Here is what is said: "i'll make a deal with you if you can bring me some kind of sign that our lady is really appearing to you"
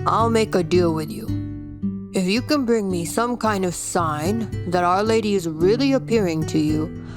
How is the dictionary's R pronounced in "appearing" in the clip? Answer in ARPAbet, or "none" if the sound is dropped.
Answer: R